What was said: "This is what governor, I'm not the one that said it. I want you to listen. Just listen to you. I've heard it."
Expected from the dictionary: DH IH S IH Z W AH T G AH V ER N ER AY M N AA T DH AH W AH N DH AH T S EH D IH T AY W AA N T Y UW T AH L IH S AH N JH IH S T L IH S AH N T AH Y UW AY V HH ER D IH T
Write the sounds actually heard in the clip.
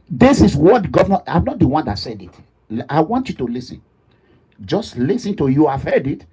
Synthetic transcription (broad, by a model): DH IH S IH S W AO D G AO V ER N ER AY M N AA T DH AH W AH N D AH T S EH D IH T AY W AA N T Y UW T AH L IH S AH N JH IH S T L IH S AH N T AH Y UW AY V HH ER D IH T